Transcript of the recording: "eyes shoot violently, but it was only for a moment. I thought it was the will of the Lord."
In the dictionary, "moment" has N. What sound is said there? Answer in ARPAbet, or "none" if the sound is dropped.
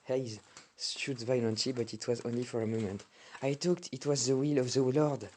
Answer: N